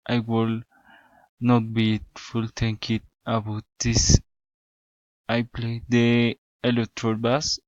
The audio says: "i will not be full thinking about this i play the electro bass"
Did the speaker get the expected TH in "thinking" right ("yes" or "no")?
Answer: no